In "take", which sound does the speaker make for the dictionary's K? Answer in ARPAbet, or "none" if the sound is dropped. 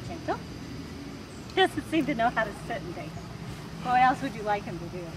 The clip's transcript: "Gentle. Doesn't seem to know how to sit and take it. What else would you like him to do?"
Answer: none